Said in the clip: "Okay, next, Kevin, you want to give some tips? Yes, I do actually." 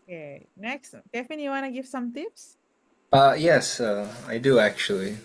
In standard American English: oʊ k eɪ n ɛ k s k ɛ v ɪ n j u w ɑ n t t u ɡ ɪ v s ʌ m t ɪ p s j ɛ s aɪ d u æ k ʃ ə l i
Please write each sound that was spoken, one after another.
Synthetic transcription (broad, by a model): k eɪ n ɛ k s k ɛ f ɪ n j u w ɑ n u ɡ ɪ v s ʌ m t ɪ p s j ɛ s aɪ d u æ k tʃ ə l i